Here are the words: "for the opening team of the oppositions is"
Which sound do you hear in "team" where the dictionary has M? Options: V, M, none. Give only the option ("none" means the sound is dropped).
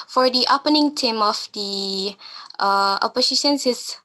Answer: M